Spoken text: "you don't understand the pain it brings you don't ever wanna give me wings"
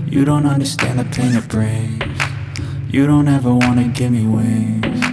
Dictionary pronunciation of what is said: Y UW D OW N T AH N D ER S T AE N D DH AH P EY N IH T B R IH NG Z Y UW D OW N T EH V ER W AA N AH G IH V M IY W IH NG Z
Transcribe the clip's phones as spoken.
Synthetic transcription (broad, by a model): Y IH D OW N T AH N D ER S T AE N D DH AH P EY N IH T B R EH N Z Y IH D OW N T EH V ER W AA N AH G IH M IY W IH